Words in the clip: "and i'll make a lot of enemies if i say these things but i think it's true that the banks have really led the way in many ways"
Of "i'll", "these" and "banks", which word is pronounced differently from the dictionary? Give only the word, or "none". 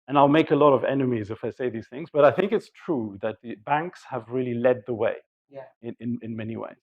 none